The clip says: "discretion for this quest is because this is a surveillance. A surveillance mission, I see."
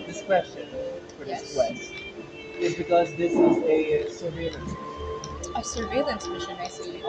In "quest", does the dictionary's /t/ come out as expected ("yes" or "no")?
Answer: no